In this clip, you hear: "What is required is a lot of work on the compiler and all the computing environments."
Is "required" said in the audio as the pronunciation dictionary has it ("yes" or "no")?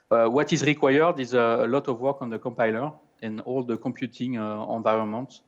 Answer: yes